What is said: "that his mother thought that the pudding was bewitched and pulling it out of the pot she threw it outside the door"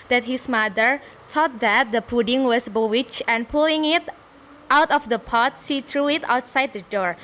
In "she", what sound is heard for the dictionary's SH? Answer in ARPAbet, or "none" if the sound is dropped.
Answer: S